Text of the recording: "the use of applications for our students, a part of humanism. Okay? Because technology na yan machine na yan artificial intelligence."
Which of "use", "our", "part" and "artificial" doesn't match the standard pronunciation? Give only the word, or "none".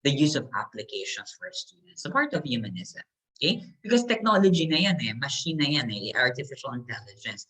none